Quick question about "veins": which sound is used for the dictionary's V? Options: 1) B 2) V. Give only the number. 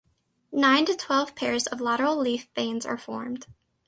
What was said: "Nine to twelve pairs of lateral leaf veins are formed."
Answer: 1